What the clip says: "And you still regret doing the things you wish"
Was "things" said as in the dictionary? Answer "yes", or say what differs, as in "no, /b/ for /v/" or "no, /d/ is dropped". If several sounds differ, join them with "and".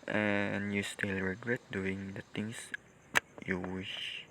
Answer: no, /t/ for /θ/ and /s/ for /z/